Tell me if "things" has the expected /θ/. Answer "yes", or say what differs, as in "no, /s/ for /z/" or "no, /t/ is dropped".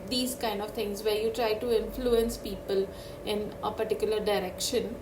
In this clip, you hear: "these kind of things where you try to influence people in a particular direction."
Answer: no, /t/ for /θ/